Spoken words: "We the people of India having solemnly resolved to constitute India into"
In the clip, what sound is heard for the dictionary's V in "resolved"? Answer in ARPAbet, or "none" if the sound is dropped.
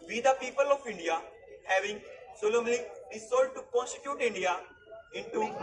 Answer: none